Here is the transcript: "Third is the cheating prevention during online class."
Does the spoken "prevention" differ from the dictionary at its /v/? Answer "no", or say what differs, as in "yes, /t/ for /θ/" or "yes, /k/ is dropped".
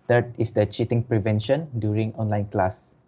no